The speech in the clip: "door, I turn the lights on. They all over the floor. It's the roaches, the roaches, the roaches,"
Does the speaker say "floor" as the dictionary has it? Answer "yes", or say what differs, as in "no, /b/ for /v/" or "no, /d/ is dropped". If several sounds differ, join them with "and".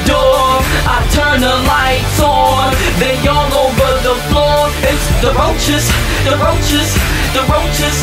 yes